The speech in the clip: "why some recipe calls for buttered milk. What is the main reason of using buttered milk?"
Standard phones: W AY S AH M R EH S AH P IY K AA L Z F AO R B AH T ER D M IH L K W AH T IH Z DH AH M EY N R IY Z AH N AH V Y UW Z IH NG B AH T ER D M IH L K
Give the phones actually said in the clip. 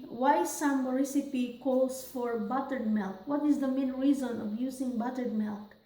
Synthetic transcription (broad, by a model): W AY S AH M R EH S AH P IY K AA L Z F AO R B AH T ER D M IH L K W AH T IH Z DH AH M EY N R IY Z AH N AH V Y UW Z IH NG B AH T ER D M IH L K